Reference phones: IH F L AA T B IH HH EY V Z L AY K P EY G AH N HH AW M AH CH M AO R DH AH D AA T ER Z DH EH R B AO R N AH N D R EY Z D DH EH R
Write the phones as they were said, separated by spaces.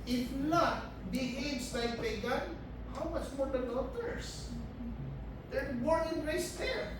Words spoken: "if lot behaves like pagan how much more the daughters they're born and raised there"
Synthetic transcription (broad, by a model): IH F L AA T B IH HH EY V S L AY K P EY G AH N HH AW M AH CH M AO R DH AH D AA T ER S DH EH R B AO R AH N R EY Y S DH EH R